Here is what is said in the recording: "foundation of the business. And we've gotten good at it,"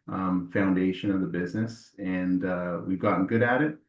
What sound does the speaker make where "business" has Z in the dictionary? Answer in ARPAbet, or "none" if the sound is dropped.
Z